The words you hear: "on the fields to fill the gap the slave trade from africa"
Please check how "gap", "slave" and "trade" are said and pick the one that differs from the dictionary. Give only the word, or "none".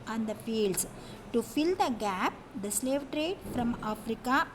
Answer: none